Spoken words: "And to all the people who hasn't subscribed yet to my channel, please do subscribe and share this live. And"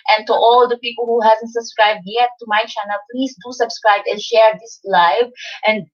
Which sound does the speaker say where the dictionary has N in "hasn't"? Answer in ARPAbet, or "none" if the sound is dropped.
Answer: N